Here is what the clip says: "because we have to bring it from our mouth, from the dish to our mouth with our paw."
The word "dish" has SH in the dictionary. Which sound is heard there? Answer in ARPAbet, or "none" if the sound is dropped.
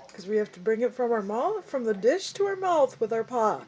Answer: SH